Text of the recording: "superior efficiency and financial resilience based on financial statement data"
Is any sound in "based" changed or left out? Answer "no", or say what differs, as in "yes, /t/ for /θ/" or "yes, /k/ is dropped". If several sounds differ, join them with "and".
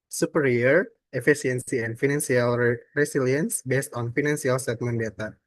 no